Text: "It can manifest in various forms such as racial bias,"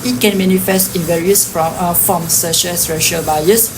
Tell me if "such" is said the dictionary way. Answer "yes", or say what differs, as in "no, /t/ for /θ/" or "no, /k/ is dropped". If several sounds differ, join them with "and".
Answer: no, /ʃ/ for /tʃ/